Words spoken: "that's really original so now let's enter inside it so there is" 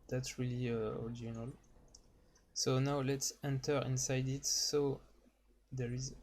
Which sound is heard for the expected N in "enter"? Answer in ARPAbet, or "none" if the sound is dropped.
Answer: N